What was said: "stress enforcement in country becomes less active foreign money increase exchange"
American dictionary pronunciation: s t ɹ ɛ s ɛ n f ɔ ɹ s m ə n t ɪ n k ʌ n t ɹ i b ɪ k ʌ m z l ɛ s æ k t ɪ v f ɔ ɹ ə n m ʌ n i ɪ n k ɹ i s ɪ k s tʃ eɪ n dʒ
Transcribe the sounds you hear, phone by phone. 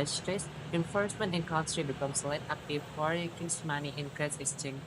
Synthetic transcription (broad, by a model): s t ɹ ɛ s ɛ n f ɔ ɹ s m ə n t ɪ n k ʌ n s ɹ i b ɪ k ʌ m s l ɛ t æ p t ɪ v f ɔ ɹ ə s m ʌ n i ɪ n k ɹ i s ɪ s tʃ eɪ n